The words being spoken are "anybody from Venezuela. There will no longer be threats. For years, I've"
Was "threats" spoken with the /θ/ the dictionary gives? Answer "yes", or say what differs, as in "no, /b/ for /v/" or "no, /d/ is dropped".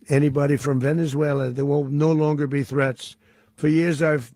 yes